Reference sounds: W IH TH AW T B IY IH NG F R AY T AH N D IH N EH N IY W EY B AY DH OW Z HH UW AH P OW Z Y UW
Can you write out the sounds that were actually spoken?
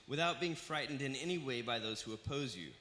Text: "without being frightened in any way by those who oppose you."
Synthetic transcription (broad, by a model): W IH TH AW T B IY IH NG F R AY T N D IH N EH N IY W EY B AY DH OW Z HH UW AH P OW Z Y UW